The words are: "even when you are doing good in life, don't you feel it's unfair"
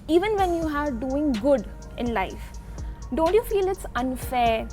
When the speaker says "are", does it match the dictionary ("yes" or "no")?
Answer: yes